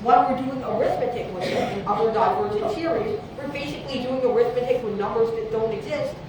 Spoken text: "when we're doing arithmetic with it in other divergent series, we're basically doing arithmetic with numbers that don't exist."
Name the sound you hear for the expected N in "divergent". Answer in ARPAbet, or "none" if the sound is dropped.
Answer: none